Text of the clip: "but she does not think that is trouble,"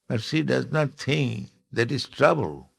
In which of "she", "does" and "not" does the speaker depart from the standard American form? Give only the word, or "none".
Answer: she